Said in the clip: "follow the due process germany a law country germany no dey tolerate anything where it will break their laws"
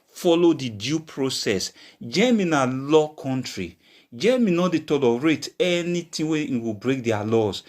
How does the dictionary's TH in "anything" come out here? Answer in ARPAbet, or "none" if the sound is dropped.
T